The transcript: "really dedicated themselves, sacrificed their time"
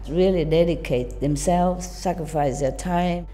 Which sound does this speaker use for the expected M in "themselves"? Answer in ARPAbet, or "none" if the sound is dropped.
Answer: M